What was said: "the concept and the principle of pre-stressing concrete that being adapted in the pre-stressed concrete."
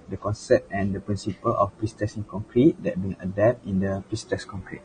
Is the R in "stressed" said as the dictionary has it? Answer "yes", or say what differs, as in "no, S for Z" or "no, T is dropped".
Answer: no, R is dropped